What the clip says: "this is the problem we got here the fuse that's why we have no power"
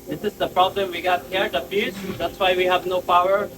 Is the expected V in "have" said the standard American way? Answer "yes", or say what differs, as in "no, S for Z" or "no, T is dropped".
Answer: yes